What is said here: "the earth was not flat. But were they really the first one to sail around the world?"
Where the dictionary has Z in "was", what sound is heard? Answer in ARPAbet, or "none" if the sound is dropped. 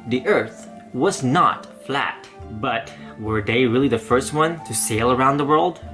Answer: Z